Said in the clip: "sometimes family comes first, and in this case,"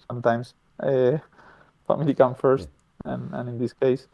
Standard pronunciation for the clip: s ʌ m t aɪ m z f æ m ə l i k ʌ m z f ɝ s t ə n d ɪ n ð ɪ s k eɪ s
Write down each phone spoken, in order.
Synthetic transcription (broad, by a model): s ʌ m t aɪ m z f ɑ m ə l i k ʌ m f ɝ s t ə n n ɪ n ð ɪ s k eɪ s